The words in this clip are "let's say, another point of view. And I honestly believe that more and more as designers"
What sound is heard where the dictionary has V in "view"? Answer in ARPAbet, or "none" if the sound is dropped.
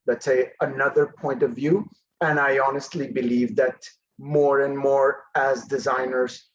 V